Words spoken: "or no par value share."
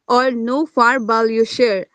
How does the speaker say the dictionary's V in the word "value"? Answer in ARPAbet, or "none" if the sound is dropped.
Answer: B